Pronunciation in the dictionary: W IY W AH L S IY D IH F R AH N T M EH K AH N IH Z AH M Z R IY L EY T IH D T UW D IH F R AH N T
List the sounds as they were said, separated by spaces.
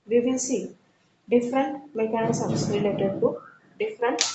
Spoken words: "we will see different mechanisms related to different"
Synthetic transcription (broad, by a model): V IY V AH N S IY D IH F R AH N T M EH K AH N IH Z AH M S R IY L EY T IH D T UW D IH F R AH N T